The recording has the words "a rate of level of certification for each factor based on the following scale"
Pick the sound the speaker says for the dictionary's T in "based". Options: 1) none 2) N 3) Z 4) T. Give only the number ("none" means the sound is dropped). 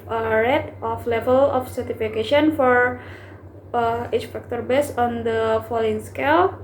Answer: 1